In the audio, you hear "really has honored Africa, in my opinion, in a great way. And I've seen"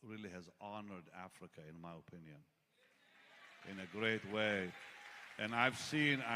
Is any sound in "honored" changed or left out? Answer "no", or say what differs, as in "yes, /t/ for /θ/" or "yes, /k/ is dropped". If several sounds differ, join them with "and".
no